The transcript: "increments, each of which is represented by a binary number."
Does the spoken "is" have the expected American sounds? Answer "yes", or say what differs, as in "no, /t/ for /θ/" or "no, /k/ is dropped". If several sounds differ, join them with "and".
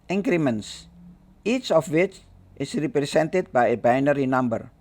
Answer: no, /s/ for /z/